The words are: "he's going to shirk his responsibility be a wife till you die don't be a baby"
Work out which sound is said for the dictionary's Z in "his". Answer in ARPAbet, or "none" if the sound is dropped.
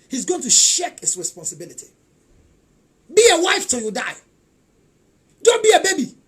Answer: S